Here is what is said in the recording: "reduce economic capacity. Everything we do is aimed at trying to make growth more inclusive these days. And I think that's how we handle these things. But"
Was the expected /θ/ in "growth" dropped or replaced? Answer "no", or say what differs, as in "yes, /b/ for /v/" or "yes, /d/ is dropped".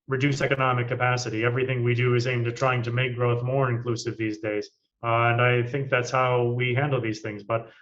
no